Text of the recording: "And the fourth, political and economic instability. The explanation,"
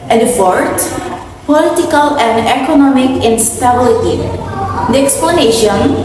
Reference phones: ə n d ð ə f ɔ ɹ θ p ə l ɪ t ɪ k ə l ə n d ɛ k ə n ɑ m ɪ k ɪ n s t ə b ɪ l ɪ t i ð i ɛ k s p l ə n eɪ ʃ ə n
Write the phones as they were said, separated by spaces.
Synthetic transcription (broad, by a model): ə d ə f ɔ ɹ t p ə l ɪ t ɪ k ə l ə n d ɛ k ə n ɑ m ɪ k ɪ n s t ə b ɪ l ɪ t i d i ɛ k s p l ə n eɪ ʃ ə n